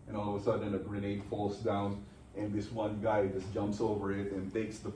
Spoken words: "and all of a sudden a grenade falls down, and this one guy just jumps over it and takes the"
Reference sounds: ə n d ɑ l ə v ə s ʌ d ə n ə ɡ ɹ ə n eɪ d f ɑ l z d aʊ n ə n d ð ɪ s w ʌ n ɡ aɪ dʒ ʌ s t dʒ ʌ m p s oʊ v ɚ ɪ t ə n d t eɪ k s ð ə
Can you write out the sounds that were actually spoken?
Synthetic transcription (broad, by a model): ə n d ɑ l ə v ə s ʌ d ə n ə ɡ ɹ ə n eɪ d f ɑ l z d aʊ n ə n ð ɪ s w ʌ n ɡ aɪ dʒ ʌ s dʒ ʌ m p s oʊ v ɚ ɪ t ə n t eɪ k s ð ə